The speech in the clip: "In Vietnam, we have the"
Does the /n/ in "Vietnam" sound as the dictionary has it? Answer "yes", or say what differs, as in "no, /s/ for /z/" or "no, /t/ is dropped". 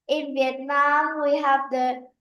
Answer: yes